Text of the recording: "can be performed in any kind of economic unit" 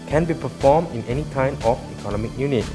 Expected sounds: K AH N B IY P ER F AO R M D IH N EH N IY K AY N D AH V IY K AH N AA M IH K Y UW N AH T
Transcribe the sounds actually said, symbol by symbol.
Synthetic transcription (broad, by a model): K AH N B IY P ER F AO M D IH N EH N IY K AY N AH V IY K AH N AA M IH K Y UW N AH T